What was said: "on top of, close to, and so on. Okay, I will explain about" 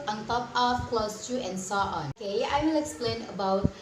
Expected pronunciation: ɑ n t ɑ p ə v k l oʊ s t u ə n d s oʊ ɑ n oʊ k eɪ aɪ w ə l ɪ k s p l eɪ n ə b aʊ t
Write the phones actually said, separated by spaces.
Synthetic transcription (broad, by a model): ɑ n t ɑ p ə f k l oʊ s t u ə n s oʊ ɑ n oʊ k eɪ aɪ w ə l ɪ k s p l eɪ n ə b aʊ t